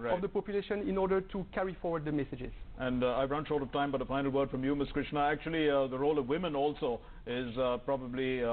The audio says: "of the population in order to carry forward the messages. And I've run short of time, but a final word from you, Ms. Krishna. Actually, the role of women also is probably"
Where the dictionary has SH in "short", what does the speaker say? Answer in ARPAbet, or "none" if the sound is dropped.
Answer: SH